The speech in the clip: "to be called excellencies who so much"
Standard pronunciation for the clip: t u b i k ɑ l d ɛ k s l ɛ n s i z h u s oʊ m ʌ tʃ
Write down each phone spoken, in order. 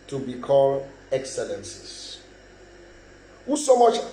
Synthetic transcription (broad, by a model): t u b i k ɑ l ɛ k s l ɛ n s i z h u s oʊ m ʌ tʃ